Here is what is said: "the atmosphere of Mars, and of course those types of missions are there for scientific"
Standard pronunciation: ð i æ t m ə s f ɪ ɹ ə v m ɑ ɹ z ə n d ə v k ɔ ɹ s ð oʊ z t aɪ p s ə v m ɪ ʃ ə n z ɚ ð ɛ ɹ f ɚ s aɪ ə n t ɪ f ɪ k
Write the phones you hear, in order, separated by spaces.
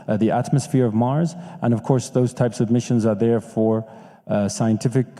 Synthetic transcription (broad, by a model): ð i æ t m ə s f ɪ ɹ ə v m ɑ ɹ z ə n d ə v k ɔ ɹ s ð oʊ z t aɪ p s ə v m ɪ ʃ ə n z ɚ ð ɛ ɹ f ɚ s aɪ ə n t ɪ f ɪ k